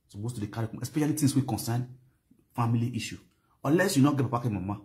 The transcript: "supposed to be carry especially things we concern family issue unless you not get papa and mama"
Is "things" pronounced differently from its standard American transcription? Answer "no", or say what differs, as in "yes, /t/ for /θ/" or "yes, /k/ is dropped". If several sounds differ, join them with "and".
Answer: yes, /t/ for /θ/ and /s/ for /z/